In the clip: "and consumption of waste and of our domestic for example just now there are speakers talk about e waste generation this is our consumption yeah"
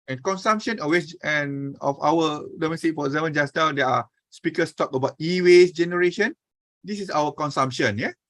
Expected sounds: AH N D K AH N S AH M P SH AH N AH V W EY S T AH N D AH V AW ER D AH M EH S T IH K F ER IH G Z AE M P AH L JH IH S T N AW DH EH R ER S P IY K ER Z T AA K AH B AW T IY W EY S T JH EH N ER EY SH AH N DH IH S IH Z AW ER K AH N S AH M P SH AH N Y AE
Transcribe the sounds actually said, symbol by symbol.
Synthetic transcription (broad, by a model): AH N K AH N S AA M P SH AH N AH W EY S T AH N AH F AW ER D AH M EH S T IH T F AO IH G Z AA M AH N JH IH S N AW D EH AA S P IY K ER S T AA K AH B AW T IY W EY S JH EH N ER EY SH AH N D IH S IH S AW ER K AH N S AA M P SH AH N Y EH